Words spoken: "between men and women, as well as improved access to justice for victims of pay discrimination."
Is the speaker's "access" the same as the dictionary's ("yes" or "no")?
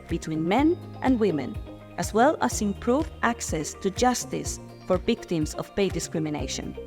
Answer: yes